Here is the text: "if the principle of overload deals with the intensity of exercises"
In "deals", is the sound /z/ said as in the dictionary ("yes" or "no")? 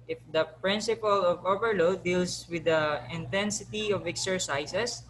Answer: no